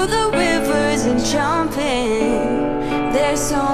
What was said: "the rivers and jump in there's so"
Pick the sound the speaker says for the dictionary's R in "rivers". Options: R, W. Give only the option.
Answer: W